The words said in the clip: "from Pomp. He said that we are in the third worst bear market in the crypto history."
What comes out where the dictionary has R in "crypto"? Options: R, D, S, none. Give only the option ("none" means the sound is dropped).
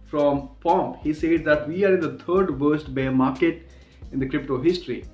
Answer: R